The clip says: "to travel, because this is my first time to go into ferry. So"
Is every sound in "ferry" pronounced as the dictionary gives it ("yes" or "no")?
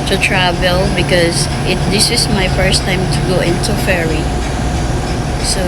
yes